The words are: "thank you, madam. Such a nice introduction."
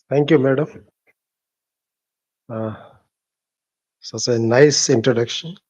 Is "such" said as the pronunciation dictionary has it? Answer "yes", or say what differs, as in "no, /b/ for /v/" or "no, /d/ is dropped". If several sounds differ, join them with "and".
no, /s/ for /tʃ/